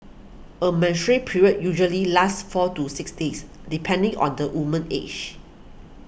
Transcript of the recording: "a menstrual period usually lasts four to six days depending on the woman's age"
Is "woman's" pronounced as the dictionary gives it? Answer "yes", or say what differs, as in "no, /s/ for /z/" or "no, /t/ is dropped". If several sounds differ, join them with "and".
no, /z/ is dropped